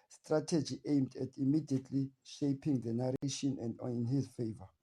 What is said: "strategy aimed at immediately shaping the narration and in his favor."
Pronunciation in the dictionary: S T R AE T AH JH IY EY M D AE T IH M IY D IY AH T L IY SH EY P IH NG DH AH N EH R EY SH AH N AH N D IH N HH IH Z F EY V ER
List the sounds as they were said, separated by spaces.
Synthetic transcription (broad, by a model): S T R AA T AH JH IY EY M D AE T IH M IY D IY AH T L IY SH EY P IH NG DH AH N EH R EY SH AH N AH N D IH N HH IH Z F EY V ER